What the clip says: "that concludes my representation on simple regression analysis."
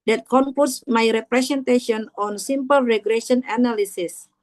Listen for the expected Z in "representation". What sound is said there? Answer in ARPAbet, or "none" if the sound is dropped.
S